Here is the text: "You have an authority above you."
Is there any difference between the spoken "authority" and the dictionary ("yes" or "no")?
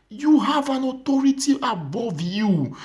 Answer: yes